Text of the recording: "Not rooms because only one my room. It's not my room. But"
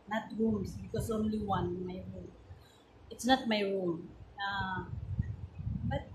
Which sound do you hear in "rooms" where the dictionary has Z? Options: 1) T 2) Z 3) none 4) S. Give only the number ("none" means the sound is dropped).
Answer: 4